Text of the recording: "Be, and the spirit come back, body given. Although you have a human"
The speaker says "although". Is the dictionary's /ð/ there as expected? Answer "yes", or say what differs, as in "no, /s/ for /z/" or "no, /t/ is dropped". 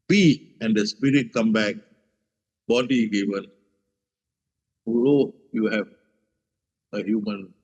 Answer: no, /ð/ is dropped